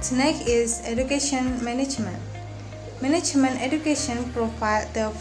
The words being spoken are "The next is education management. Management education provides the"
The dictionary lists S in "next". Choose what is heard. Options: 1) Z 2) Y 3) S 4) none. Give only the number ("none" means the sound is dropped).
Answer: 4